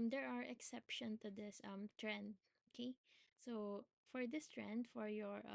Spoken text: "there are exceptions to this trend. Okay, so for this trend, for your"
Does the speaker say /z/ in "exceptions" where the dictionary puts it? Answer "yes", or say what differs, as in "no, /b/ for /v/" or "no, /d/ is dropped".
no, /z/ is dropped